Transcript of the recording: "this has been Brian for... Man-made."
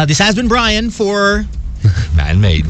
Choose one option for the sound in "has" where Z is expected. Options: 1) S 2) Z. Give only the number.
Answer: 2